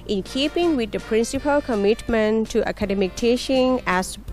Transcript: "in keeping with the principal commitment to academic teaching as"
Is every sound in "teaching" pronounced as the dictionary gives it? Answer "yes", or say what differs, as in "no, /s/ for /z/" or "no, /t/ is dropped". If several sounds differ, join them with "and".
no, /ʃ/ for /tʃ/